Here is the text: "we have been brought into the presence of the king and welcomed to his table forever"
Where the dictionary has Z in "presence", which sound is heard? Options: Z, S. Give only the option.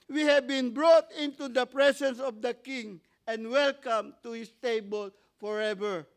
S